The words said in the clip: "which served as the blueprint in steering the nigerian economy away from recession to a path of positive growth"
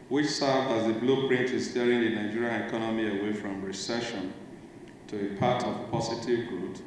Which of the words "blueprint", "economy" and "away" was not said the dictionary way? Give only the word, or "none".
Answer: none